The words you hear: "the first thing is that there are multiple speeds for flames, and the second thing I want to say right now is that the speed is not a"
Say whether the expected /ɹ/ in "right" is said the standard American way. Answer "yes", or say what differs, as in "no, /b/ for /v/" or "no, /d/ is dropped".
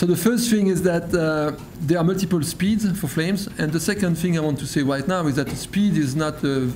yes